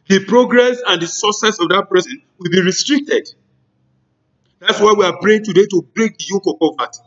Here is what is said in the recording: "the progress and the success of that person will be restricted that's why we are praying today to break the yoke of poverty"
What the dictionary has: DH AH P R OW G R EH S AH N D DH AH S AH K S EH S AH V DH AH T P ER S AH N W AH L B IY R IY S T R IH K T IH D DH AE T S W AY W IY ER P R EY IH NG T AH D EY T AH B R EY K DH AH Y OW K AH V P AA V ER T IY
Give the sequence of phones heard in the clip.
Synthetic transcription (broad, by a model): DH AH P R OW G R EH S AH N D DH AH S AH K S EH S AH V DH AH T P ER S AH N W AH L B IY R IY S T R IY K T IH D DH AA T S W AY W IY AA B R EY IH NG T AH D EY T AH B R EY K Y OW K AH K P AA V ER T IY